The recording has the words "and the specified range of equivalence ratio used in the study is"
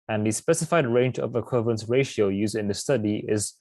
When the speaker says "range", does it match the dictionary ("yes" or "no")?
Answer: yes